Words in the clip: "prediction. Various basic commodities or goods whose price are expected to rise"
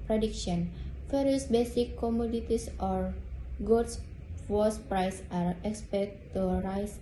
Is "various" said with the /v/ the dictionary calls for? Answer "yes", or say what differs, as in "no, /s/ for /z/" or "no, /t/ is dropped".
no, /f/ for /v/